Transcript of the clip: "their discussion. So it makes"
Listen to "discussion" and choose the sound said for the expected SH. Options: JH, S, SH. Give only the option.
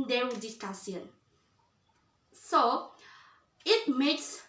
S